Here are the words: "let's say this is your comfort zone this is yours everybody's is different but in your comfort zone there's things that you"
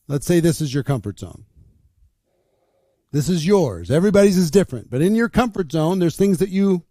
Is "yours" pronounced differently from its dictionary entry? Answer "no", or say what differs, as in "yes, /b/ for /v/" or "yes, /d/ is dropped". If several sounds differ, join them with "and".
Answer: no